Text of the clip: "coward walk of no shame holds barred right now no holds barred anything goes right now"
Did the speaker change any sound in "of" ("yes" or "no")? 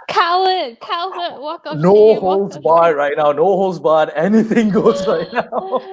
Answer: yes